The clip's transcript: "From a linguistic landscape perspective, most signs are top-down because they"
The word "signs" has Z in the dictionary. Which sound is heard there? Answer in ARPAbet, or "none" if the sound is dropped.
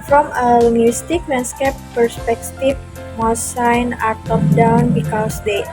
none